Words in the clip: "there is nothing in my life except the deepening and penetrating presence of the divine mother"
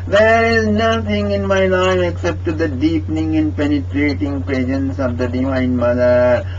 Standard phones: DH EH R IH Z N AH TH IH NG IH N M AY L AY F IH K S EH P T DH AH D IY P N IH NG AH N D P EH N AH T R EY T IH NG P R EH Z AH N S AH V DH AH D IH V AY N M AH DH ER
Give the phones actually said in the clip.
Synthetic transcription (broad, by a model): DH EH R IH Z N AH T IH NG IH N M AY L AY F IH K S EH P T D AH D IY P N IH NG AH N D P EH N AH T R EY T IH NG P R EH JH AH N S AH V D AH D IH V AY N M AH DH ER